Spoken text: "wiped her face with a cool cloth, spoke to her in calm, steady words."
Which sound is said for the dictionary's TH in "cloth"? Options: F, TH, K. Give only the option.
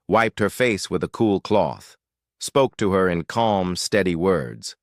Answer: TH